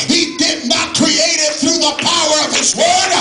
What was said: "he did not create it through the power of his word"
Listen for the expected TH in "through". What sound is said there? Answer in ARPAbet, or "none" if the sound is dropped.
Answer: TH